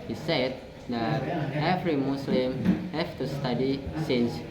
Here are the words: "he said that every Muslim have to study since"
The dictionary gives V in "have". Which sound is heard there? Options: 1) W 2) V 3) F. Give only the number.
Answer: 3